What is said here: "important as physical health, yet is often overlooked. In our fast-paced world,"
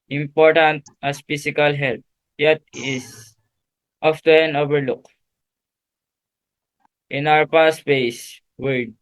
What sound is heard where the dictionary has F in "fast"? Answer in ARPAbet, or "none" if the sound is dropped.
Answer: P